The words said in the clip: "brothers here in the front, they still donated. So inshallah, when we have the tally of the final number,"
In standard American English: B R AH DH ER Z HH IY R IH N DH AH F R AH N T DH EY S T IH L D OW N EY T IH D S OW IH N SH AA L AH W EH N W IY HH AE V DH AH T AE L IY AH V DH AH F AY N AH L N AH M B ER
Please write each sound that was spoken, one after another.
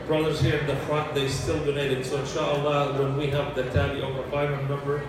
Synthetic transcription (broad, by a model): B R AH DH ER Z HH IY R IH N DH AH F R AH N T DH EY S T IH L D OW N EY T IH D S OW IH N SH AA L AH W EH N W IY HH AE V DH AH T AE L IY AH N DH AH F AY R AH N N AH M B ER